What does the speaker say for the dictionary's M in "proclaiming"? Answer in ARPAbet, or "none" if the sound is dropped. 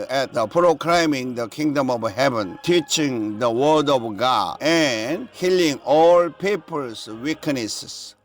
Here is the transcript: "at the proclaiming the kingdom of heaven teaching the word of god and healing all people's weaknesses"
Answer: M